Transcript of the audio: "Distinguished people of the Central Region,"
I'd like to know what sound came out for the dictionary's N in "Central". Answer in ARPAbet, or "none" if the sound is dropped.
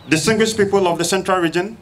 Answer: N